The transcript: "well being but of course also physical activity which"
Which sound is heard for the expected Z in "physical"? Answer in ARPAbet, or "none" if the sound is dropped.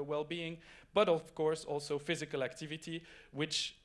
Z